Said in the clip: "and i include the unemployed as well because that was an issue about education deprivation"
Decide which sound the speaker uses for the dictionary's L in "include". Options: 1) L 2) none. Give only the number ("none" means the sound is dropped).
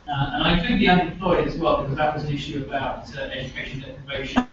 2